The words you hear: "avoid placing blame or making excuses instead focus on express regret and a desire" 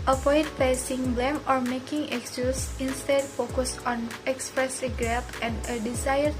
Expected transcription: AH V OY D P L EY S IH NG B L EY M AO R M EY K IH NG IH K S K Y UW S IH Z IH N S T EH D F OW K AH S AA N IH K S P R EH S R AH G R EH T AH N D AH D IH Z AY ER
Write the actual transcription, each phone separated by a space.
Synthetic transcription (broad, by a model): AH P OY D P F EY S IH NG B L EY M AO R M EY K IH NG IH K S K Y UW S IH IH N S T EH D F OW K AH S AA N IH K S P R EH S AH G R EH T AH N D AH D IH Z AY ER